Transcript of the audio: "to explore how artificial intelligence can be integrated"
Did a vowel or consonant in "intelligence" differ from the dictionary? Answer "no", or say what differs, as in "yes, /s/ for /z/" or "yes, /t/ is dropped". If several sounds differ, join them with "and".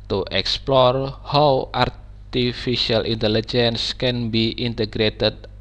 no